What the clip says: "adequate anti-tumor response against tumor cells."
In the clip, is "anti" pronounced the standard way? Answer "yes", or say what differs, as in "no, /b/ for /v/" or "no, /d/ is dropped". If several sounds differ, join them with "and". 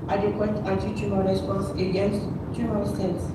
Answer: no, /n/ is dropped